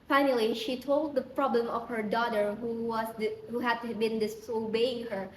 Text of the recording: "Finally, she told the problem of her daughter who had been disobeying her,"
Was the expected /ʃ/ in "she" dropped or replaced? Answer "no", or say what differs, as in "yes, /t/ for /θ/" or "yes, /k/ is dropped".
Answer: no